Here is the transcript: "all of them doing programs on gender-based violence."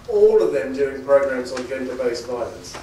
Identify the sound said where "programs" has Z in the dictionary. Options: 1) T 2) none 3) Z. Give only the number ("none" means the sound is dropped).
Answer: 3